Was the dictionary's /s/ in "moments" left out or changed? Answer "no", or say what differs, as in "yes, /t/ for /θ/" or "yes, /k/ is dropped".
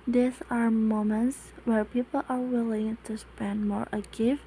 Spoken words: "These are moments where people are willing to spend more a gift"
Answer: no